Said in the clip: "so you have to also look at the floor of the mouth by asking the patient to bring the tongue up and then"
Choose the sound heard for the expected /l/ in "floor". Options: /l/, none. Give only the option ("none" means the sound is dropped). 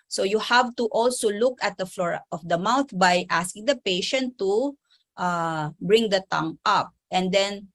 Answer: /l/